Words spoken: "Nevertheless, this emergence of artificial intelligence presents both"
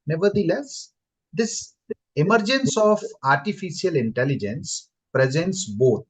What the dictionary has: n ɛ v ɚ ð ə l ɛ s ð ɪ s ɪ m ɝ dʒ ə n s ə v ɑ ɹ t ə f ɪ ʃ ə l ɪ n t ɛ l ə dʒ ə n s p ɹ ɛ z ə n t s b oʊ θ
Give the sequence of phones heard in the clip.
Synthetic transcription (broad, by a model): n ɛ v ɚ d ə l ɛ s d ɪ s ɪ m ɝ dʒ ə n s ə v ɑ ɹ t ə f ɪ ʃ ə l ɪ n t ɛ l ə dʒ ə n s p ɹ ɛ z ə n t s b oʊ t